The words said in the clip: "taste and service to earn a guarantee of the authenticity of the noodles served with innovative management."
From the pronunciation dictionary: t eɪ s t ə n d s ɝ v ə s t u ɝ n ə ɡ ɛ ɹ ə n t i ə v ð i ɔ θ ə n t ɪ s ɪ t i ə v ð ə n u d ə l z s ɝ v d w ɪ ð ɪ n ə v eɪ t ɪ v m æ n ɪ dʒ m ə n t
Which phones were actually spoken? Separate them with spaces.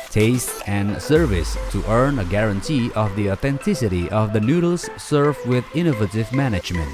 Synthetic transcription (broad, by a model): t eɪ s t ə n s ɝ v ə s t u ɝ n ə ɡ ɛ ɹ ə n t i ə v ð i ɔ θ ə n t ɪ s ɪ t i ə v ð ə n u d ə l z s ɝ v w ɪ ð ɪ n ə v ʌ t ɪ v m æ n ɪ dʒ m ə n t